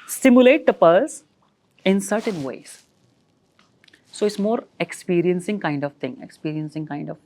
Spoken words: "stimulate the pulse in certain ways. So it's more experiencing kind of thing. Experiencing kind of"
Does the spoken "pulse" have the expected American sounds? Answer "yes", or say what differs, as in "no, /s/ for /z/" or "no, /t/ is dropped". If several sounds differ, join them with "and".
no, /l/ is dropped